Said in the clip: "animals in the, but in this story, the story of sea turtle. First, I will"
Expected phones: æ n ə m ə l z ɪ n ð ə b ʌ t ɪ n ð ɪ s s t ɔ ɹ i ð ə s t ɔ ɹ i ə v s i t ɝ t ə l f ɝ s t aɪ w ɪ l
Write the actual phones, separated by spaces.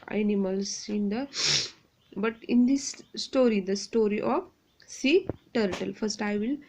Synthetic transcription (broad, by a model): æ n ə m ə l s ɪ n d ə b ʌ t ɪ n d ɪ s s t ɔ ɹ i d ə s t ɔ ɹ i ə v s i t ɝ t ə l f ɝ s t aɪ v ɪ l